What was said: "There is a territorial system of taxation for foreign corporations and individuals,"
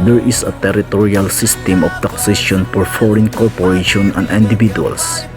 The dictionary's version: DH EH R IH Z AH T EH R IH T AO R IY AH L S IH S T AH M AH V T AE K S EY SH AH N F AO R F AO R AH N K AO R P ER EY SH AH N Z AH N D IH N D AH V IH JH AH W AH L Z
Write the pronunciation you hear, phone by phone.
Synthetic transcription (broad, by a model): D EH R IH S AH T EH R IH T AO R IY AH L S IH S T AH M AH F T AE K S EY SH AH N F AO R F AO R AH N K AO R P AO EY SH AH N AH N D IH N D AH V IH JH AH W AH L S